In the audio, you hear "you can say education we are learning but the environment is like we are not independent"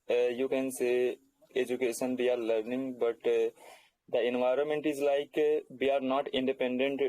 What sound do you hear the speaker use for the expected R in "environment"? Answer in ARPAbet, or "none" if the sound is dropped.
R